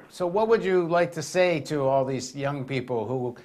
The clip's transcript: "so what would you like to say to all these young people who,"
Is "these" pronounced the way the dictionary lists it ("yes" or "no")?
yes